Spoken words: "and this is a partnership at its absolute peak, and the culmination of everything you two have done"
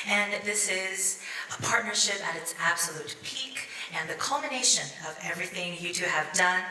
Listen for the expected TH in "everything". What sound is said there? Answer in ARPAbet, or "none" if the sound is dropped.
TH